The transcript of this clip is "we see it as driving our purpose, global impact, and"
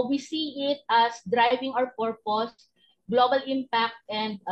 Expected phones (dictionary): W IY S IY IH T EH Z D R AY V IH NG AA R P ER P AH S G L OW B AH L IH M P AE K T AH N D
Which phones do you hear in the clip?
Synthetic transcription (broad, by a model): W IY S IY IH T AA S D R AY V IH NG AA W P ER P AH S G L OW B AH L IH M P AE K T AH N D